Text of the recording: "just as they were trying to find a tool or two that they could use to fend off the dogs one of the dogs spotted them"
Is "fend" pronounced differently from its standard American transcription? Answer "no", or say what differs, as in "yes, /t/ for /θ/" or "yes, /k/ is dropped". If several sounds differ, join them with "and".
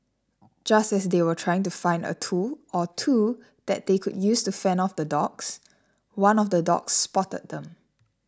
yes, /d/ is dropped